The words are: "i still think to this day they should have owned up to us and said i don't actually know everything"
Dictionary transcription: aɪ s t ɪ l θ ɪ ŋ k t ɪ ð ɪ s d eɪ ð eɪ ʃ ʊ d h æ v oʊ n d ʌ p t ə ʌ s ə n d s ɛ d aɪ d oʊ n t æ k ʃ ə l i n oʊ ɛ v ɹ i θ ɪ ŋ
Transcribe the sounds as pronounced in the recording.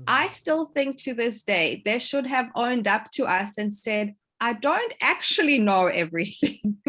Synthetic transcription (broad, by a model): aɪ s t ɪ l θ ɪ ŋ k t ɪ ð ɪ s d eɪ ð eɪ ʃ ʊ d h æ v oʊ n d ʌ p t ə ʌ s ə n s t ɛ d aɪ d oʊ n t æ k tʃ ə l i n oʊ ɛ v ɹ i θ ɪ ŋ